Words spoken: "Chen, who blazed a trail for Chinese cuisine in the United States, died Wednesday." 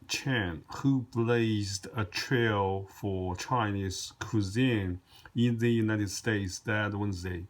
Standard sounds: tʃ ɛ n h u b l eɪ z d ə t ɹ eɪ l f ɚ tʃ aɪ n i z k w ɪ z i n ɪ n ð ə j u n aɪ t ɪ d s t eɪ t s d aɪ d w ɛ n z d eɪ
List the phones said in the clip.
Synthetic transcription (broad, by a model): tʃ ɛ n h u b l eɪ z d ə t ɹ eɪ l f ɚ tʃ aɪ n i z k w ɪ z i n ɪ n ð ə j u n aɪ t ɪ d s t eɪ t s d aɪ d w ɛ n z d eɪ